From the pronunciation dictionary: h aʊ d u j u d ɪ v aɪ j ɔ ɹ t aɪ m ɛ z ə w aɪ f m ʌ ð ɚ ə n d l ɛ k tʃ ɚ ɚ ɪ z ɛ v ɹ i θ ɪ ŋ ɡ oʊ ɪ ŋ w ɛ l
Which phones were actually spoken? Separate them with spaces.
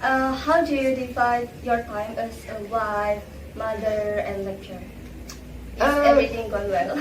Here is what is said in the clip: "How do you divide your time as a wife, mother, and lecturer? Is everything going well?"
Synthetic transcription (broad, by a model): h aʊ d u j u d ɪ f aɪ j ɔ ɹ t aɪ m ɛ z ə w aɪ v m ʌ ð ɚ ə n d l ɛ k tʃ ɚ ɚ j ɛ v ɹ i t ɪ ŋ ɡ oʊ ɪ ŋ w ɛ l